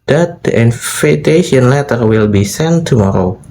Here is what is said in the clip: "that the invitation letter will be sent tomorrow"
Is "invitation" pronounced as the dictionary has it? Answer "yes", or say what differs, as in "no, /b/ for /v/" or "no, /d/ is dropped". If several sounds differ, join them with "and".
no, /f/ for /v/